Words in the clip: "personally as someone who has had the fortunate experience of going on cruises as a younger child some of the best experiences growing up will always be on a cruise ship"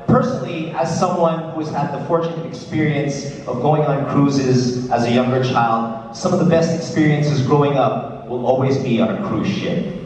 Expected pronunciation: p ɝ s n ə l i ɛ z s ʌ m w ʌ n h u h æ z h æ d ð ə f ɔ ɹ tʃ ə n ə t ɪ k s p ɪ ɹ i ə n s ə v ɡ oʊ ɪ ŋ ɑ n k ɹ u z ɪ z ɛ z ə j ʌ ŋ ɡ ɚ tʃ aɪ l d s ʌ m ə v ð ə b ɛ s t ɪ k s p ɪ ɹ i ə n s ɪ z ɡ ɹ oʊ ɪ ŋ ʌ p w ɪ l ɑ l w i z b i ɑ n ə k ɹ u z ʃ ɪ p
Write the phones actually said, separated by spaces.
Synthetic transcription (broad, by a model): p ɝ s n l i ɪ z s ʌ m w ʌ n h u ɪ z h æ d ð ə f ɔ ɹ tʃ ə n ə t ɪ k s p ɪ ɹ i ə n s ə v ɡ oʊ ɪ ŋ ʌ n k ɹ u z ɪ z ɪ z ə j ʌ ŋ ɡ ɚ tʃ aɪ l d s ʌ m ə v ð ə b ɛ s t ɪ k s p ɪ ɹ i ə n s ɪ z ɡ ɹ oʊ ɪ ŋ ʌ p w ɪ l ɑ l w i z b i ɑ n ə k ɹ u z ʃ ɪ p